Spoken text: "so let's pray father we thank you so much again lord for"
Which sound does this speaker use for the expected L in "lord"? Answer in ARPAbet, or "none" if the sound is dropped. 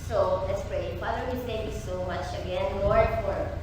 W